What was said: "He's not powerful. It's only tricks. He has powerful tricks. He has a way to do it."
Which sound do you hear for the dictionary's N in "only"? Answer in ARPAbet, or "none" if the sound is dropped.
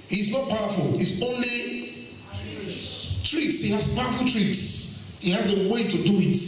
N